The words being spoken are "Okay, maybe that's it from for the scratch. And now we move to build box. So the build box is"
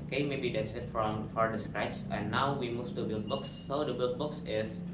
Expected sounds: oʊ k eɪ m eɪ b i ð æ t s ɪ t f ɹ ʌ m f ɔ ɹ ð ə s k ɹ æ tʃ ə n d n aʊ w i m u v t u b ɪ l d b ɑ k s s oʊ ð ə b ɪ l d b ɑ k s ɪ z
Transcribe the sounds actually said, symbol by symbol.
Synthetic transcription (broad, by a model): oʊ k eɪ m eɪ b i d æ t s ɪ t f ɹ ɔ m f ɔ ɹ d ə s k ɹ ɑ ə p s n aʊ w i m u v t u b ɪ l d b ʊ k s s oʊ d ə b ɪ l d b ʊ k s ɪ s